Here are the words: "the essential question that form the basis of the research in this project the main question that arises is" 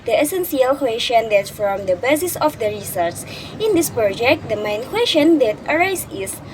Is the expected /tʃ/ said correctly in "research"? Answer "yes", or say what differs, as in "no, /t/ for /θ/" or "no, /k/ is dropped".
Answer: no, /s/ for /tʃ/